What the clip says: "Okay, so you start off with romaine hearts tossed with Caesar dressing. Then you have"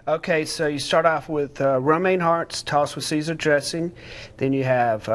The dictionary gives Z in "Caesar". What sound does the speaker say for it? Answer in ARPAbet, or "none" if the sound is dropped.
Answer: Z